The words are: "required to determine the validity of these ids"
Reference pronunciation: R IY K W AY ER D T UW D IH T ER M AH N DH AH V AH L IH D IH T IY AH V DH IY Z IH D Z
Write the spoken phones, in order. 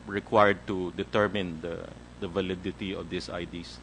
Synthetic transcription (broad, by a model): R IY K W AY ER D T UW D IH T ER M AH N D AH V AH L IH D IH T IY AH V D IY S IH D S